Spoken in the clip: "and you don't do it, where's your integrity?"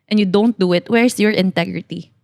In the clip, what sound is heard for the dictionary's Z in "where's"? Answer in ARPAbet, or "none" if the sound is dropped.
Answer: S